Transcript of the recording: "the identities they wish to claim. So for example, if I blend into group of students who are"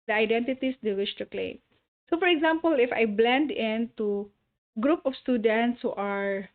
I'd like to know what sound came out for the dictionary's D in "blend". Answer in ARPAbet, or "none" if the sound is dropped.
D